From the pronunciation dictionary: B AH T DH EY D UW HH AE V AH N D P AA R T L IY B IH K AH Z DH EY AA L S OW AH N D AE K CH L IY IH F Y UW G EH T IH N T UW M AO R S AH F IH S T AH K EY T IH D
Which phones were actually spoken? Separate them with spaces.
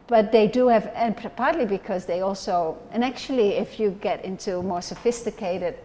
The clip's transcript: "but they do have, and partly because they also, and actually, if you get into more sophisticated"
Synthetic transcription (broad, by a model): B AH T DH EY D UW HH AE V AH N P P AA R T L IY B IH K AH Z DH EY AA L S OW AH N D AE K CH L IY IH F Y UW G EH T IH N T UW M AO R S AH F IH S T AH K EY T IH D